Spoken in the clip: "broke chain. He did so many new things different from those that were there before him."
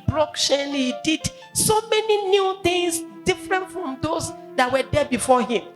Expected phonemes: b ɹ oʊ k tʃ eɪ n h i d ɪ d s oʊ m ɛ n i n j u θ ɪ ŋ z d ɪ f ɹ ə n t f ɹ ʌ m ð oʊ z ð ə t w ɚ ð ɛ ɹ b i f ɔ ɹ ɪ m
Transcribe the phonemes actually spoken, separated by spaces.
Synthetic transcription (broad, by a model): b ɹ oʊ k ʃ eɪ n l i d ɪ d s oʊ m ɛ n i n j u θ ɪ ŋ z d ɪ f ɹ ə n t f ɹ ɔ m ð oʊ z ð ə t w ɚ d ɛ b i f ɔ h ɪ m